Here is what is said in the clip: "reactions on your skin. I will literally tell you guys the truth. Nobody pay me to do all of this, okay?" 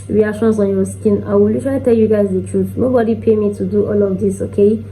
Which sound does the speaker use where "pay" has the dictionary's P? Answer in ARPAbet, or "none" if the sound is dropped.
P